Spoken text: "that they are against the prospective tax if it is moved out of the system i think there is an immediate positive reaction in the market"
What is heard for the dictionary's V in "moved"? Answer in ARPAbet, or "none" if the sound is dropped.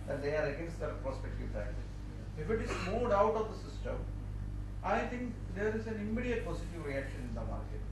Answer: none